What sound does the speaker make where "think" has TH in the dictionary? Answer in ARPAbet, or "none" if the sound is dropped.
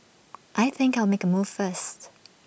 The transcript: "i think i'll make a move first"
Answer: TH